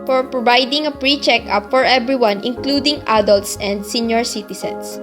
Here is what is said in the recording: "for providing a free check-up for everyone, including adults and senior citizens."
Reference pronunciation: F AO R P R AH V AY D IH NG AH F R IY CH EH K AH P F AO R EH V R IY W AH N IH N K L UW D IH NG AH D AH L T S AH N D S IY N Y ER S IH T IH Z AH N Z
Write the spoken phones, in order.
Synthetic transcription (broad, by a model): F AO R P R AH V AY D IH NG AH P R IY CH EH K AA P F AO R EH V R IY W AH N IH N K L UW D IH NG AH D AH L T S AH N D S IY N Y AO S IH T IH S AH N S